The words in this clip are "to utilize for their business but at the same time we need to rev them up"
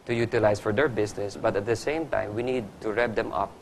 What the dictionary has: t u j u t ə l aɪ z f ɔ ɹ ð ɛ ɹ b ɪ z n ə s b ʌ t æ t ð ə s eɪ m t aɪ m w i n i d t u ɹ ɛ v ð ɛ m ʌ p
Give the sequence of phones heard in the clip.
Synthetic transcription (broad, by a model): t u j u t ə l aɪ s f ɔ ɹ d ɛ ɹ b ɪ s n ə s b ʌ t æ t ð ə s eɪ m t aɪ m w i n i d t u ɹ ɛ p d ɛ m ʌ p